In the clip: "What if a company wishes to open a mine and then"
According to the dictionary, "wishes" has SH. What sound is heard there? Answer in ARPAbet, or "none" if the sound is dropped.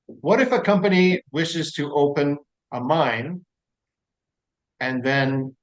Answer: SH